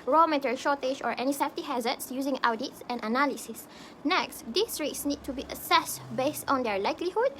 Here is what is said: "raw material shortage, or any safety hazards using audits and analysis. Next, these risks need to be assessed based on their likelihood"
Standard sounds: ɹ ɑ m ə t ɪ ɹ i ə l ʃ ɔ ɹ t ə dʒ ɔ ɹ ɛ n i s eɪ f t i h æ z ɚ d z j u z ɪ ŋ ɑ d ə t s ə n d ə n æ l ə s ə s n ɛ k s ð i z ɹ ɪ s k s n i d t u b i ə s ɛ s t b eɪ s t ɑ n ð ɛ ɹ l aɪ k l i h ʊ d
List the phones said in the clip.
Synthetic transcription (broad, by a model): ɹ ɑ m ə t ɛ ɹ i ʃ ɔ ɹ t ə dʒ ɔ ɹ ɛ n i s eɪ f t i h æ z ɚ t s j u z ɪ ŋ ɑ d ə t s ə n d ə n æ l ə s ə s n ɛ k s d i s ɹ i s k s n i d t u b i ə s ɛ s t b eɪ s t ɑ n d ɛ ɹ l aɪ k l i h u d